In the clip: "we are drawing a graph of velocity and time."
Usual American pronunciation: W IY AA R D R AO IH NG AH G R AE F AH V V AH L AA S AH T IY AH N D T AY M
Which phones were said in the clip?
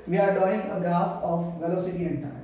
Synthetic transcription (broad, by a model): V IY AA R D AO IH NG AH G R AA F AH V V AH L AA S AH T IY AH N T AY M